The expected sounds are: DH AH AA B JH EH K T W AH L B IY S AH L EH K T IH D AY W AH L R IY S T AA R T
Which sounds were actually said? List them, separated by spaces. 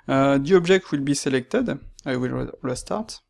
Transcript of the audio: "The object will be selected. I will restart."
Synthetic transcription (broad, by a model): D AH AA B ZH EH K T W AH L B IY S AH L EH K T IH D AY W AH L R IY S T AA R T